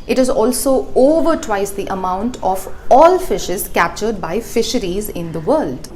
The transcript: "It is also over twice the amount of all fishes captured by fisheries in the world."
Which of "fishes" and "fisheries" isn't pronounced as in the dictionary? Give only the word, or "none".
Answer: none